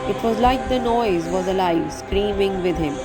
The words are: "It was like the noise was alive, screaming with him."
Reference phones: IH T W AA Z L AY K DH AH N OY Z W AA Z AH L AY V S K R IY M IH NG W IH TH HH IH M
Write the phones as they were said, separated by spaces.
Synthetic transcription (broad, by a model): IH T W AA Z L AY K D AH N OY Z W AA Z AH L AY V S K R IY M IH NG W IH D HH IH M